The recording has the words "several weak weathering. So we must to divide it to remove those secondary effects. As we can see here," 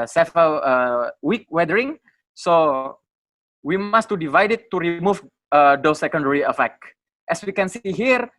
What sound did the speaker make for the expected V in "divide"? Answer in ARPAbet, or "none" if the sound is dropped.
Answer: V